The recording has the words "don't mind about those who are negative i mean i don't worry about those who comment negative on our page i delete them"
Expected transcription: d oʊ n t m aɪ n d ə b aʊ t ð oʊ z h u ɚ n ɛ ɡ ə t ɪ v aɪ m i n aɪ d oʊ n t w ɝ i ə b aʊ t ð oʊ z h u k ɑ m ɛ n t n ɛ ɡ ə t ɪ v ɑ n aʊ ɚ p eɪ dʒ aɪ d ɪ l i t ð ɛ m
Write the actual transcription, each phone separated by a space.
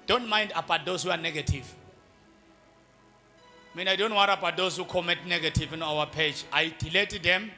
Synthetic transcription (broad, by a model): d oʊ n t m aɪ n d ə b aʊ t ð oʊ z h u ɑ n ɛ ɡ ə t ɪ v m i n aɪ d oʊ n t w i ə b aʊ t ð oʊ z h u k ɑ m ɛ t n ɛ ɡ ə t ɪ v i n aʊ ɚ p eɪ dʒ aɪ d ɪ l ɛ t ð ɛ m